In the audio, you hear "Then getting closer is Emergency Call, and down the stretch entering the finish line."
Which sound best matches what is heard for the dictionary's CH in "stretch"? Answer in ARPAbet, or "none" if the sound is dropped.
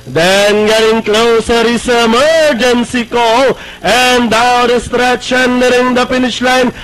SH